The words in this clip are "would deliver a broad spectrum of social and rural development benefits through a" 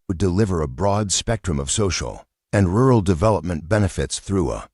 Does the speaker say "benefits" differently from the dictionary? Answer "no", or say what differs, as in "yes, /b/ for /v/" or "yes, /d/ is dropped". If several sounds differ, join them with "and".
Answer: no